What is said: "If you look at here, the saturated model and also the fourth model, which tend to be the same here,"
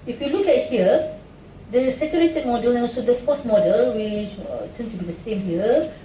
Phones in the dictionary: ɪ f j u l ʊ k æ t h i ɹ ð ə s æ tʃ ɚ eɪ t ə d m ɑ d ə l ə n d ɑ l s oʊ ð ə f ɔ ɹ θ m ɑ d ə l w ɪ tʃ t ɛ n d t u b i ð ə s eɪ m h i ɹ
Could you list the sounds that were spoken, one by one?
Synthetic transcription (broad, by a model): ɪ f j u l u k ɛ t h i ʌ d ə s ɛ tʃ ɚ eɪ t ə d m ɑ d ə l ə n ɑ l s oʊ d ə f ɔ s m ɑ d ə l w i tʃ t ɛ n t u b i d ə s eɪ m h i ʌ